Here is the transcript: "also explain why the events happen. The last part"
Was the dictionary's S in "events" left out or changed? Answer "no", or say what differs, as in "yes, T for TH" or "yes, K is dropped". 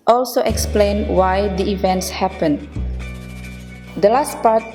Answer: no